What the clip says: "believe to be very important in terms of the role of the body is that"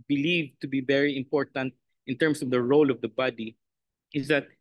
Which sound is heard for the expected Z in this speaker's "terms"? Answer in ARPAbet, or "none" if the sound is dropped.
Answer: S